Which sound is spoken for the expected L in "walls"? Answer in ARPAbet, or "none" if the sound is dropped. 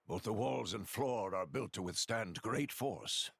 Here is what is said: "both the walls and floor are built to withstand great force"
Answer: L